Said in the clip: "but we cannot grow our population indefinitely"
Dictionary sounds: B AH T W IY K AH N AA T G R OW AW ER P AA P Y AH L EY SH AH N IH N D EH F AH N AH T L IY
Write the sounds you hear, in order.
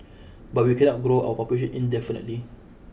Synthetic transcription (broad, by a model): B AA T W IY K AH N AA T G R OW AW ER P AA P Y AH EY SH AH N IH N D EH F AH N AH T L IY